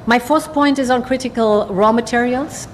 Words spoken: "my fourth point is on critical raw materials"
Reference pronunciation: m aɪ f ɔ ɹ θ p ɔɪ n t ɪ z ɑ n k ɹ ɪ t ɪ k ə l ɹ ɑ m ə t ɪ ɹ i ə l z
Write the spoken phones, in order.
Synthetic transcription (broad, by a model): m aɪ f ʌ ɹ s p ɔɪ n t ɪ z n k ɹ ɪ t ɪ k ə l ɹ ɑ m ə t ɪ ɹ i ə l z